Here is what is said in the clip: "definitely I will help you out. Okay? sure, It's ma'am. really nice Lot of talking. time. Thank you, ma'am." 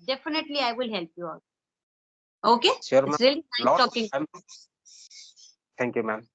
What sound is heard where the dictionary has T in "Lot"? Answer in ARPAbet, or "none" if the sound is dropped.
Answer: none